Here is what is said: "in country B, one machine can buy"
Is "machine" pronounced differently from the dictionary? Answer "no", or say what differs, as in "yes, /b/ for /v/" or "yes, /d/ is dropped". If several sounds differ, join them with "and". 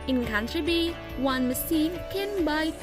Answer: yes, /s/ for /ʃ/